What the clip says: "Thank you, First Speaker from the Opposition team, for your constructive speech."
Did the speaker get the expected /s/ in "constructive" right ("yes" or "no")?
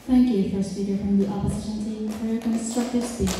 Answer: yes